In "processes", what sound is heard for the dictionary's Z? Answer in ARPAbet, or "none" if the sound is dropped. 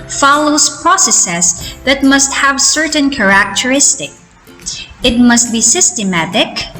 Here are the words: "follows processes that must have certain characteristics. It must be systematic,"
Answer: S